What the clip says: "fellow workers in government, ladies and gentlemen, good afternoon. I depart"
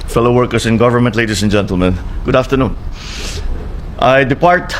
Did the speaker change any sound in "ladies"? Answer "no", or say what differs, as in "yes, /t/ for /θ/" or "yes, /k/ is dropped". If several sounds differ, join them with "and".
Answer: yes, /s/ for /z/